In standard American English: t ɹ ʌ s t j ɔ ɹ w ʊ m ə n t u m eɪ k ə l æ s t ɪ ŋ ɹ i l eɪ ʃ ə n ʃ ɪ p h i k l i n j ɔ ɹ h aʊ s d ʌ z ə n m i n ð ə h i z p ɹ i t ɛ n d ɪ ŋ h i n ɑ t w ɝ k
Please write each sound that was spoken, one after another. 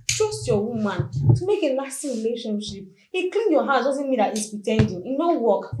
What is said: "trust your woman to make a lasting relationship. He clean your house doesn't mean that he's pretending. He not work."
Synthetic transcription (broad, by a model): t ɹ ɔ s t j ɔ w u m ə n t u m eɪ k ə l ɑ s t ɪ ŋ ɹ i l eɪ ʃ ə n ʃ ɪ p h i k l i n j ɔ h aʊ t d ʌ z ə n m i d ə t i s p i t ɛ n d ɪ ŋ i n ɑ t w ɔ k